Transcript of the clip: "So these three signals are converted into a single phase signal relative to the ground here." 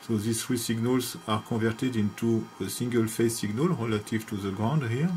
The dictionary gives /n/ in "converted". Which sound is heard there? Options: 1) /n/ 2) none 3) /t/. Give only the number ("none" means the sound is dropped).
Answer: 2